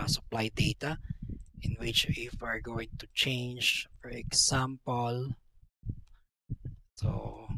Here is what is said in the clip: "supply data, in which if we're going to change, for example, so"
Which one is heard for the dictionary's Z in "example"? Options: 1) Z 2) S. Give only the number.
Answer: 2